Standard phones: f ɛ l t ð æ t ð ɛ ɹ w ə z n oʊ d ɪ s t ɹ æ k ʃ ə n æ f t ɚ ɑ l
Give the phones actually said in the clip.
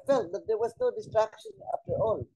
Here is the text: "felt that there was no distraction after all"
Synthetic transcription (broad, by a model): f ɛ l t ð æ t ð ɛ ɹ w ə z n oʊ d ɪ s t ɹ æ k ʃ ə n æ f t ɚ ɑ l